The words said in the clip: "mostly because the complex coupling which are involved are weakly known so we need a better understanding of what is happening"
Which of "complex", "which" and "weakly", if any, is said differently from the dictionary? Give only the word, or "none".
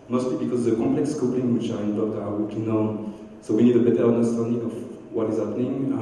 weakly